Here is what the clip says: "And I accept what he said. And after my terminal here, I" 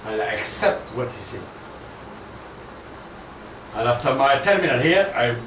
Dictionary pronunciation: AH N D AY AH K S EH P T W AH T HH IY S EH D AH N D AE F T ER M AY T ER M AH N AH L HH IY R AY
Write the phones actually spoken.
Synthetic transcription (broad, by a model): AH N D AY AH K S EH P T W AH T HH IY S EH AH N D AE F T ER M AY T ER M AH N AH L HH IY R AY